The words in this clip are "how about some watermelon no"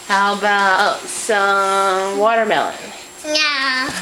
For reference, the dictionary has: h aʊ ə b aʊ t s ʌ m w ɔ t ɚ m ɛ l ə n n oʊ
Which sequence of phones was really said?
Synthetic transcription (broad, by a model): h aʊ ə b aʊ t s ʌ m w ɔ t ɚ m ɛ l ə n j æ